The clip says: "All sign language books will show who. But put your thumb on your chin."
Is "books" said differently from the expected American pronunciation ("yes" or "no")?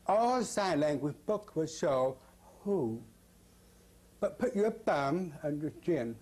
yes